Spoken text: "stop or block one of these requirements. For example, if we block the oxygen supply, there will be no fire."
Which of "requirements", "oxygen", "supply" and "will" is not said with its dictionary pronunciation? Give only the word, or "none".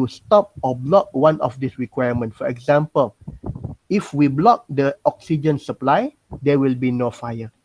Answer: requirements